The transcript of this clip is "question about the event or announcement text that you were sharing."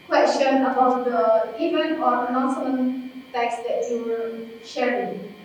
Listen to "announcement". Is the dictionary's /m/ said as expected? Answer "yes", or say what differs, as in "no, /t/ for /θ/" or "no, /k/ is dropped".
no, /m/ is dropped